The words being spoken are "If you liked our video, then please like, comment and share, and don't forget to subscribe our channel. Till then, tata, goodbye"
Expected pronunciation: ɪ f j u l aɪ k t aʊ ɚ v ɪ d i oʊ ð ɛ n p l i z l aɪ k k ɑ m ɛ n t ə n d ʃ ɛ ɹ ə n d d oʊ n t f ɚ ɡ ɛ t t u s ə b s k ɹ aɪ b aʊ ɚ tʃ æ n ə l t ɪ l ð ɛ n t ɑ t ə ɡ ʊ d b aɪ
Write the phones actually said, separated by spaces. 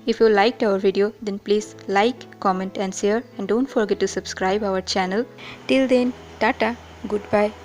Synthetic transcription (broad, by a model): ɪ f j u l aɪ k t aʊ ɚ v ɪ d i oʊ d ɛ n p l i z l aɪ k k ɑ m ɛ n t ə n d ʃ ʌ ɹ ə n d d oʊ n t f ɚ ɡ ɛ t t u s ə b s k ɹ aɪ b aʊ ɚ tʃ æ n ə l t ɪ l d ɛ n t ɑ t ə ɡ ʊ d b aɪ